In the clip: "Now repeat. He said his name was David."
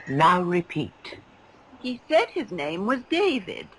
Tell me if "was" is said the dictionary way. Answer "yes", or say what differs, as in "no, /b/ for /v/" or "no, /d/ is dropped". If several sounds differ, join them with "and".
yes